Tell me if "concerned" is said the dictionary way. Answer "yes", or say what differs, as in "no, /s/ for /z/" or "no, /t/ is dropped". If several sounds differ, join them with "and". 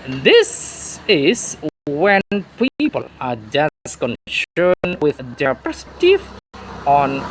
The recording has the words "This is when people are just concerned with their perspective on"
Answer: no, /ʃ/ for /s/